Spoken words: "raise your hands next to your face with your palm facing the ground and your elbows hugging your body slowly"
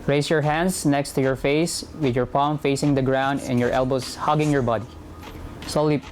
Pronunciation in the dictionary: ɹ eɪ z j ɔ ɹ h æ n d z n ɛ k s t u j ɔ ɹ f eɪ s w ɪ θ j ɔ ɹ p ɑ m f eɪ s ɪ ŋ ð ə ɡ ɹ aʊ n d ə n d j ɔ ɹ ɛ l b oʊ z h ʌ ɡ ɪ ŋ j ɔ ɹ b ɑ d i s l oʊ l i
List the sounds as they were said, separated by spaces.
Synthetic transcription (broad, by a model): ɹ eɪ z j ɔ ɹ h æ n d s n ɛ k s t u j ɔ ɹ f eɪ s w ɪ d j ɔ ɹ p ɑ m f eɪ s ɪ ŋ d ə ɡ ɹ aʊ n d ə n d j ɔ ɹ ɛ l b oʊ s h ʌ ɡ ɪ ŋ j ɔ ɹ b ɑ d i s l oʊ l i